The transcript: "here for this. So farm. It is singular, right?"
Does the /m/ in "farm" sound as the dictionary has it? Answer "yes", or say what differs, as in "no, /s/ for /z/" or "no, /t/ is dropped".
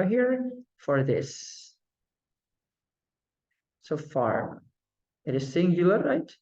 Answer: no, /m/ is dropped